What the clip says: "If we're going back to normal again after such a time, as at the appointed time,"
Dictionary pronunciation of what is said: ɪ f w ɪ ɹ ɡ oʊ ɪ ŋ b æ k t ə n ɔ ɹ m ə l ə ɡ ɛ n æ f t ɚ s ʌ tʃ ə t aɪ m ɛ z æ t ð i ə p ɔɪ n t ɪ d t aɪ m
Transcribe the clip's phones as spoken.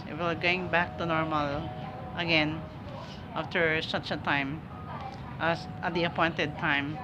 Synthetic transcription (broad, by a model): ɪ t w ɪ l ɡ oʊ ɪ ŋ b æ k t ə n ɔ ɹ m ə l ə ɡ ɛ n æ f t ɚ s ʌ tʃ ə t aɪ m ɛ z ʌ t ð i ə p ɔɪ n t ɪ d t aɪ m